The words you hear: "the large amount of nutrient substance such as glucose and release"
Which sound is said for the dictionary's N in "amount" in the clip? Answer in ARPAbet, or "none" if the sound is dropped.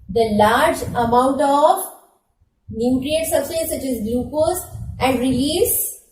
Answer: N